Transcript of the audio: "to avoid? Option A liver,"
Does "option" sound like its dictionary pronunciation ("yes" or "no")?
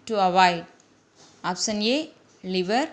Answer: no